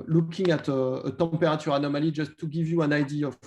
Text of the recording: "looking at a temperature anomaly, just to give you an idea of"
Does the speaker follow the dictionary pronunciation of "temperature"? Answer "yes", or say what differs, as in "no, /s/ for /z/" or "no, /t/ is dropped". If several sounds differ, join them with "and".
no, /m/ is dropped